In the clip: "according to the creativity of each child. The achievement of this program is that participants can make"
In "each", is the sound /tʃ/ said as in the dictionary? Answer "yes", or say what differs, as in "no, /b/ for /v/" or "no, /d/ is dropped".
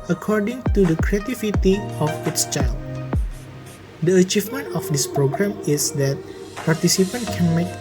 no, /s/ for /tʃ/